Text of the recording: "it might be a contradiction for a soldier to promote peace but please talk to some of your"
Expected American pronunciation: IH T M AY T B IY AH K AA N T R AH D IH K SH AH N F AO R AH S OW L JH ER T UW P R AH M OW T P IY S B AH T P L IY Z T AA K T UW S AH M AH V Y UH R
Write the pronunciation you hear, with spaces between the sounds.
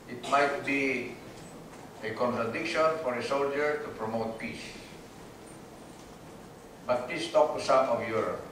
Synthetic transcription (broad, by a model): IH T M AY T B IY AH K AA N T R AH D IH K SH AH N F AO R AH S OW L JH ER T UW P R AH M OW T P IY S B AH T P IY S T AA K T UW S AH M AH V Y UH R